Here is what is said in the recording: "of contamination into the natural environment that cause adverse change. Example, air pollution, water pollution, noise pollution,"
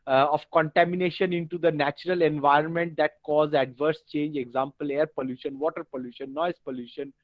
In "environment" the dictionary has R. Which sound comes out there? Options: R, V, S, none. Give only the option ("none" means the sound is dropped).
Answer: R